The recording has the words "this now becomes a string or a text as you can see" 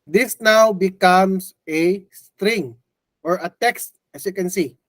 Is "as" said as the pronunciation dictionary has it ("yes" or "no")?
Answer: no